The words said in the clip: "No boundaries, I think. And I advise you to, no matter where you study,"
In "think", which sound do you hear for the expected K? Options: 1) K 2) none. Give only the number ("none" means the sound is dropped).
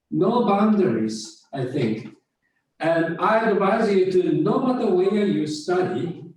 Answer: 1